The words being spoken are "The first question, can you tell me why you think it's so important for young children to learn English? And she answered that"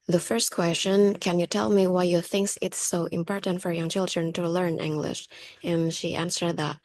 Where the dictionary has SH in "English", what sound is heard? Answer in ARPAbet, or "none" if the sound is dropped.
SH